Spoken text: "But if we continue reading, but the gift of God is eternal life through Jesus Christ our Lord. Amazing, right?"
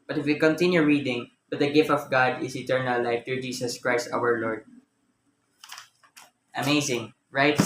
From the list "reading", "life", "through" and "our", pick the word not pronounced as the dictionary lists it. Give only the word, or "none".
through